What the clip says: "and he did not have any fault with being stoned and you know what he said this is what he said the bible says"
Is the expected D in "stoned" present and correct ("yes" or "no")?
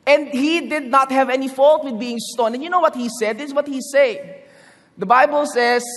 no